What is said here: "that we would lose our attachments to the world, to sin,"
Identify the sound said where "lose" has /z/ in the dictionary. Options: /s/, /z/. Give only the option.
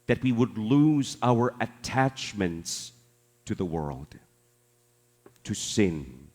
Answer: /z/